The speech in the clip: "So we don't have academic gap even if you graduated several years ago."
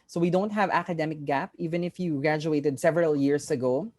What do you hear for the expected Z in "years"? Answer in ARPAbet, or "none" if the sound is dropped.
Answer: S